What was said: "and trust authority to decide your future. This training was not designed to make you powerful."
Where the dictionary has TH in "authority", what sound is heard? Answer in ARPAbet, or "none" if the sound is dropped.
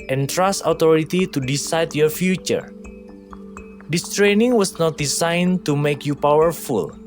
T